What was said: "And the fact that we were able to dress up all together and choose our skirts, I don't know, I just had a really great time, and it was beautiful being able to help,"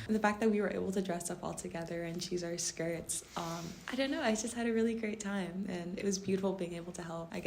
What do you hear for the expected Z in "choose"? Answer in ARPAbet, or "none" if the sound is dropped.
Z